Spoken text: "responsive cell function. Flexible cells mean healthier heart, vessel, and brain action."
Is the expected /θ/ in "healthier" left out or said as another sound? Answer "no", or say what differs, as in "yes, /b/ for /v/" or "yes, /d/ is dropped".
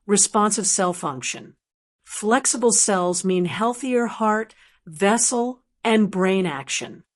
no